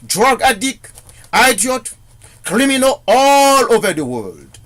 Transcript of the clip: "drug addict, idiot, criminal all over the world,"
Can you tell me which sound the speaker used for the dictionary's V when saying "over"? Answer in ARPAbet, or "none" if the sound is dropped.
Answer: V